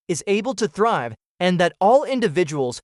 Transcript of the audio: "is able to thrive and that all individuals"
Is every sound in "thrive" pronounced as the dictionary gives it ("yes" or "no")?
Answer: yes